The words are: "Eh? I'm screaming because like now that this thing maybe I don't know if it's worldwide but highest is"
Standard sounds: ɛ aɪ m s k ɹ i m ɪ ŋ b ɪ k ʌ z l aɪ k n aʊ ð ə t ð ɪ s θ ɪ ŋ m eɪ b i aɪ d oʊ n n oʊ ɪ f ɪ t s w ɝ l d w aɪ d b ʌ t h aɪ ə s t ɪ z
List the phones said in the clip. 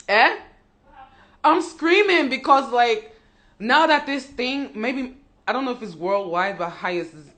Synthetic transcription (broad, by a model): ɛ aɪ m s k ɹ i m ɪ ŋ b ɪ k ʌ z l aɪ k n aʊ ð ə t ð ɪ s θ ɪ ŋ m eɪ b i aɪ d oʊ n n oʊ ɪ f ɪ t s w ɝ l d w aɪ d b ʌ t h aɪ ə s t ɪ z